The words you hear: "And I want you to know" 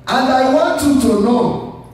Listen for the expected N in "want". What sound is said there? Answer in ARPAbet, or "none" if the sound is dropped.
none